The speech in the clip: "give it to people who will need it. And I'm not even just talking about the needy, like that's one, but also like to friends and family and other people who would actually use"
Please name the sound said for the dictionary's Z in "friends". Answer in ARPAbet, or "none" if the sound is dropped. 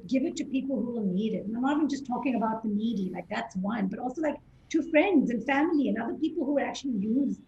Z